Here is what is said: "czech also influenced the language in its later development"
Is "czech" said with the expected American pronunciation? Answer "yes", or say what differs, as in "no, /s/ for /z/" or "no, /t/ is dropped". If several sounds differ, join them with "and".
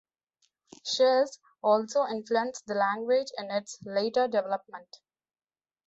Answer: no, /ʃ/ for /tʃ/